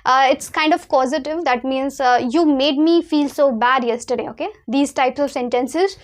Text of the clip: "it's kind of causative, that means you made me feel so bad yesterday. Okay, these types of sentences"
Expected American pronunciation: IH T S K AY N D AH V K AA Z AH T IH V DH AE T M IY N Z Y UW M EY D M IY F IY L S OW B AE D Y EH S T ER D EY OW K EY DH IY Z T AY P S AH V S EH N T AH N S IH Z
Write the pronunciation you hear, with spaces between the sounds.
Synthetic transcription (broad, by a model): IH T S K AY N D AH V K AA Z AH T IH V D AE T M IY N Z Y UW M EY D M IY F IY L S OW B AE D Y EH S T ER D EY OW K EY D IY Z T AY P S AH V S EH N T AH N S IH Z